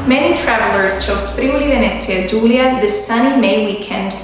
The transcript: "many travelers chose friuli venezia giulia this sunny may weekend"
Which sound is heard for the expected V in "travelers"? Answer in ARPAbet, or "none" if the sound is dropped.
V